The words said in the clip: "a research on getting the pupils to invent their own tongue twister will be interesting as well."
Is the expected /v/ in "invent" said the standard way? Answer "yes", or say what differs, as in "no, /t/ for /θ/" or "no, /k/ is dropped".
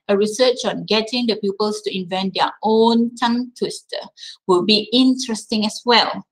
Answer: yes